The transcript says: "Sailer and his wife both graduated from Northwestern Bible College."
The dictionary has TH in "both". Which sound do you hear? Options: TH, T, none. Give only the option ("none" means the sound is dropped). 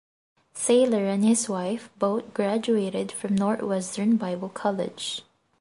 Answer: T